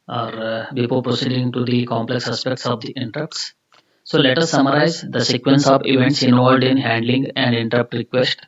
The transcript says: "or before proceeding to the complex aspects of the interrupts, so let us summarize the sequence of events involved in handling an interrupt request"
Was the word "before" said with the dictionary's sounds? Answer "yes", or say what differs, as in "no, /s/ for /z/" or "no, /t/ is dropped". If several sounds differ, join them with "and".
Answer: no, /p/ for /f/ and /l/ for /ɹ/